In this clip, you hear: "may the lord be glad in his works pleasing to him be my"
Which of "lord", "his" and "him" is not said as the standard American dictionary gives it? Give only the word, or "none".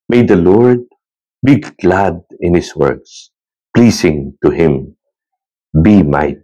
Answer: his